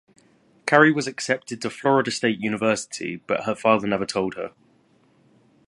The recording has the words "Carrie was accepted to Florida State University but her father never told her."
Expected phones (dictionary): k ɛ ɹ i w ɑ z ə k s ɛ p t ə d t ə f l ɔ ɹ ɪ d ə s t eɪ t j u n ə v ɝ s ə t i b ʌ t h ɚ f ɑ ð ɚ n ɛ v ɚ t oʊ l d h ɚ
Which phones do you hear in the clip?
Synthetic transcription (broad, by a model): k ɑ ɹ i w ɑ z ə k s ɛ p t ə d t ə f l ɔ ɹ ɪ d ə s t eɪ t j u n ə v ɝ s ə t i b ʌ t h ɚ f ɑ ð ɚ n ɛ v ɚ t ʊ l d h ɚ